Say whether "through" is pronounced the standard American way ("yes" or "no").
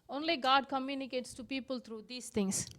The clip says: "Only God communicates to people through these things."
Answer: no